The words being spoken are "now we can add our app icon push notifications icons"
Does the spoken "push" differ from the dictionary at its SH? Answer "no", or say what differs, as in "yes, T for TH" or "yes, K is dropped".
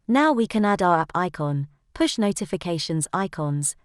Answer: no